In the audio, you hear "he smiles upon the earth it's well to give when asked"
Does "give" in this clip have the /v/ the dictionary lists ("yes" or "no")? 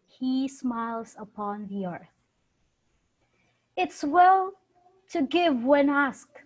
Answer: yes